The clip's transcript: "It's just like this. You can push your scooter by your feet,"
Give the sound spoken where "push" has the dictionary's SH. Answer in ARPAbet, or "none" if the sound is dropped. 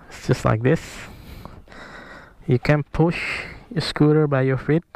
SH